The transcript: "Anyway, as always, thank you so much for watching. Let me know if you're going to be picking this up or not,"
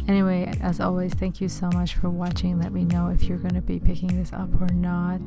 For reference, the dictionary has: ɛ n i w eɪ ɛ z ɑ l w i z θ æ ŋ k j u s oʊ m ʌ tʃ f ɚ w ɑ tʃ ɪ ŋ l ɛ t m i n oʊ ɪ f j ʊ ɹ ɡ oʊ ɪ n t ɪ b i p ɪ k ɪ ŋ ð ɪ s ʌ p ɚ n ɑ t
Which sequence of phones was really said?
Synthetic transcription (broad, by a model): ɛ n i w eɪ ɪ z ɑ l w i z θ æ ŋ k j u s oʊ m ʌ tʃ f ɚ w ɑ tʃ ɪ ŋ l ɛ t m i n oʊ ɪ f j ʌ ɹ ɡ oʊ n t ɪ b i p ɪ k ɪ ŋ ð ɪ s ʌ p ɚ n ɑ t